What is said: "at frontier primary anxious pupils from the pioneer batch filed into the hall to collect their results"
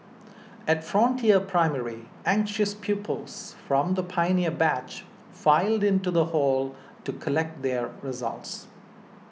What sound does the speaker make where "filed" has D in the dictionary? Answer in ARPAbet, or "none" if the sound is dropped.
D